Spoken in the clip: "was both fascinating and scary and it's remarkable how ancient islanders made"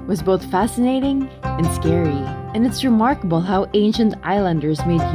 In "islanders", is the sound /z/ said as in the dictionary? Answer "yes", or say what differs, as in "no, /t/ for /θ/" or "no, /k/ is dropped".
yes